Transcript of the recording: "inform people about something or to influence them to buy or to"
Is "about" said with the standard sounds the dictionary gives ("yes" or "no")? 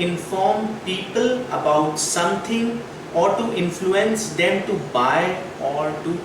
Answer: yes